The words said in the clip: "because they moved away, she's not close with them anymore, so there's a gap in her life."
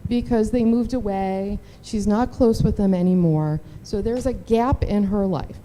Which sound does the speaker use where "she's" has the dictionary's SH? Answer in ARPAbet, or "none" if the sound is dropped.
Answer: SH